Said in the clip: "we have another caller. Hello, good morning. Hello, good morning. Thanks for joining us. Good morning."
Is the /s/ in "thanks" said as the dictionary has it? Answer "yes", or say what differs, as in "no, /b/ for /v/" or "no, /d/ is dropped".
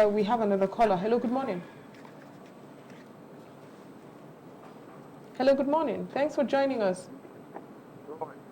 yes